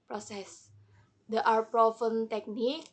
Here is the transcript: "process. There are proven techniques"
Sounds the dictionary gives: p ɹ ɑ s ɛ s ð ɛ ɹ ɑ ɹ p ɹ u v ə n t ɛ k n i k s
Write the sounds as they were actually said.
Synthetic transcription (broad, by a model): p ɹ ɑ s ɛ s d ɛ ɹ ɑ ɹ p ɹ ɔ f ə n t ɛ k n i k